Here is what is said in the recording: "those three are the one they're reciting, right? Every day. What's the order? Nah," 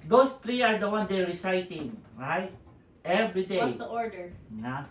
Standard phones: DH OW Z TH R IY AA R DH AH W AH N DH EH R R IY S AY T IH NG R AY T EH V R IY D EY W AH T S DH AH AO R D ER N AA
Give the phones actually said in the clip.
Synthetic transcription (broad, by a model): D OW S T R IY AA R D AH W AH N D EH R R IY S AY T IH NG R AY T EH V R IY D EY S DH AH AO R D ER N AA